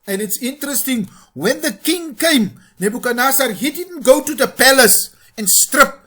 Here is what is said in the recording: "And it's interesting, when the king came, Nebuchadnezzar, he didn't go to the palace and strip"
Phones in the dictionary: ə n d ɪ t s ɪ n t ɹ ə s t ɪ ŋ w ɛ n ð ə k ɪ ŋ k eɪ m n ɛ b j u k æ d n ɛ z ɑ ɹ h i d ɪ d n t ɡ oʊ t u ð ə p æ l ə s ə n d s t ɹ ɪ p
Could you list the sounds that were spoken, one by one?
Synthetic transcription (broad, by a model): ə n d ɪ t s ɪ n t ɹ ə s t ɪ ŋ w ɛ n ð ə k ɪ ŋ k eɪ m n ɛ b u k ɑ n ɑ s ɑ ɹ h i d ɪ d n t ɡ oʊ t u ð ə p æ l ə s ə n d s t ɹ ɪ p